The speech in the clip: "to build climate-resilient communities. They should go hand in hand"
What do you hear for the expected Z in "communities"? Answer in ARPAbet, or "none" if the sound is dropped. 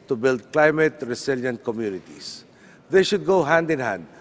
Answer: S